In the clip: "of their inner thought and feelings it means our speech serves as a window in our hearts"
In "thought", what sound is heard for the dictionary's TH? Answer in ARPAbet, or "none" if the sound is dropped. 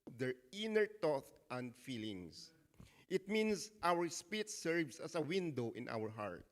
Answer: T